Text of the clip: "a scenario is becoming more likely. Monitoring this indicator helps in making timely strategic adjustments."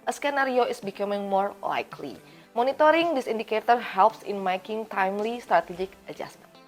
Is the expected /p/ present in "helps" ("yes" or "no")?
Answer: yes